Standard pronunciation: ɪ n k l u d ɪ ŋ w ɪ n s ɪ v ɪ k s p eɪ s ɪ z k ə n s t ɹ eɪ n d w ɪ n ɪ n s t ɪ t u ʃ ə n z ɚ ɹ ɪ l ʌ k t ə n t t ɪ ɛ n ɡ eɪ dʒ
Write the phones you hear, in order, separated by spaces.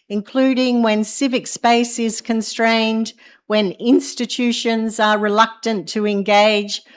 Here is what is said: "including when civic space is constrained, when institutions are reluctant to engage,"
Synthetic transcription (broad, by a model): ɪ n k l u d ɪ ŋ w ɪ n s ɪ v ɪ k s p eɪ s ɪ z k ə n s t ɹ eɪ n d w ɪ n ɪ n s t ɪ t u ʃ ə n z ɚ ɹ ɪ l ʌ k t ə n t t ɪ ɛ n ɡ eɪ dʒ